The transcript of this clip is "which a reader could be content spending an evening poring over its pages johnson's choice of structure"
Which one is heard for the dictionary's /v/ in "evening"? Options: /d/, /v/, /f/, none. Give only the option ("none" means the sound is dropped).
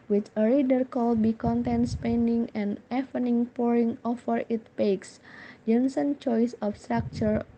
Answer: /f/